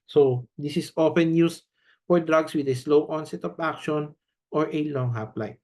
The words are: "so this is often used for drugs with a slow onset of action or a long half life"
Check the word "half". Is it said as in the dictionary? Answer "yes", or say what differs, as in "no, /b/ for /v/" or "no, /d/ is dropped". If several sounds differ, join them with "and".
no, /p/ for /f/